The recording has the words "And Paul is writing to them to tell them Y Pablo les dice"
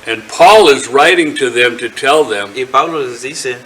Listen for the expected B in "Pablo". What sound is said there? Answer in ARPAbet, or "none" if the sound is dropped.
none